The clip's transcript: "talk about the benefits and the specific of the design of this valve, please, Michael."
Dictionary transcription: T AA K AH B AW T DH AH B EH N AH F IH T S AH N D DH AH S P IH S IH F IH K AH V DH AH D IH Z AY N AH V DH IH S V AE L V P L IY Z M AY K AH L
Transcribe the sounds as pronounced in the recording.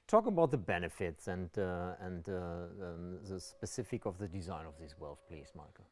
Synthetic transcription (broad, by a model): T AA K AH B AW T DH AH B EH N AH F IH T S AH N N DH AH S P IH S IH F IH K AH V DH AH D IH Z AY N AH V DH IH S W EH L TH P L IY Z M AY K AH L